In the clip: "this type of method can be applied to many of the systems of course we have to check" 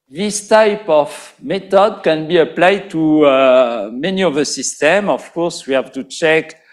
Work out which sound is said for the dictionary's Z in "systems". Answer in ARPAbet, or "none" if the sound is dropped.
none